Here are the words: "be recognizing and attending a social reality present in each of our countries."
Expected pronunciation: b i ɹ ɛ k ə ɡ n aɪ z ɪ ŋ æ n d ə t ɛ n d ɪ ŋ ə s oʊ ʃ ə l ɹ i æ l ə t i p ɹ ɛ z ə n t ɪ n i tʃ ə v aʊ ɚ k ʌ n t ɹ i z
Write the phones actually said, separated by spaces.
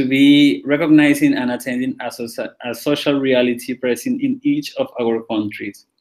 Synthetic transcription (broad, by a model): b i ɹ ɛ k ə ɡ n aɪ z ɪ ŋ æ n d ə t ɛ n d ɪ ŋ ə s oʊ ʃ ə l ɹ i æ l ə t i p ɹ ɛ s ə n ɪ n i tʃ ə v aʊ ɚ k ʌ n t ɹ i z